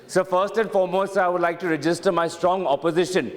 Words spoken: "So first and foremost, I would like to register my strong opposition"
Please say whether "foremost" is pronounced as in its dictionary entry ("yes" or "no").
no